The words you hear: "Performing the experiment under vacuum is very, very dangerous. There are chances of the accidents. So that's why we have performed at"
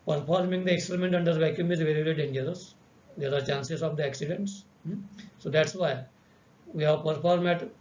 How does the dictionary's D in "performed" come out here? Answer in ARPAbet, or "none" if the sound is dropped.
none